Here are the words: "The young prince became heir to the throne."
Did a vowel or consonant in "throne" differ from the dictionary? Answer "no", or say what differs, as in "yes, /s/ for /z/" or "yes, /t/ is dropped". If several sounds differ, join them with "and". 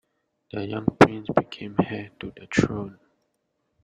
yes, /t/ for /θ/